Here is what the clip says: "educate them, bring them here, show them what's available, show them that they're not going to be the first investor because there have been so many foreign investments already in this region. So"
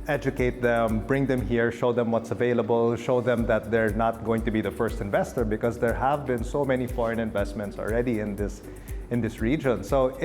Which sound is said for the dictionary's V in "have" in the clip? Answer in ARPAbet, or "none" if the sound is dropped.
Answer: V